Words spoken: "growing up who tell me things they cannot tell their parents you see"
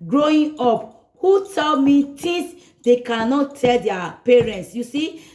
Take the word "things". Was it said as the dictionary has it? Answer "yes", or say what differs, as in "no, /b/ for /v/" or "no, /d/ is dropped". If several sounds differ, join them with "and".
no, /t/ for /θ/